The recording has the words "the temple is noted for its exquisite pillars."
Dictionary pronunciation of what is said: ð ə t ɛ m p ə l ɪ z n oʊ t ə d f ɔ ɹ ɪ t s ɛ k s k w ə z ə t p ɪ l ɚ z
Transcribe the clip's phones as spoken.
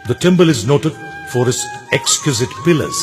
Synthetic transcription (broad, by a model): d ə t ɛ m b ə l ɪ z n oʊ t ə d f ɔ ɹ ɪ t s ɛ k s k w ə z ə t p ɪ l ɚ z